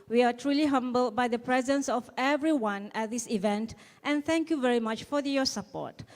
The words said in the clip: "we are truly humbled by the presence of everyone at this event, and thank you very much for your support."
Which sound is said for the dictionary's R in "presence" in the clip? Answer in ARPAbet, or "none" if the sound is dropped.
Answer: R